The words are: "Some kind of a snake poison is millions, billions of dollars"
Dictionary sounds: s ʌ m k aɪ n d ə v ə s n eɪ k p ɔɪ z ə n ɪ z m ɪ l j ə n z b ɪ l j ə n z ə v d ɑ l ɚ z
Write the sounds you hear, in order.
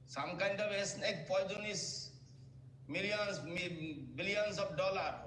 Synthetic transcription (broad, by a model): s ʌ m k aɪ n d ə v ə s n eɪ k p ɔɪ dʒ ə n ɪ s m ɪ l j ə n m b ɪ l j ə n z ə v d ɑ l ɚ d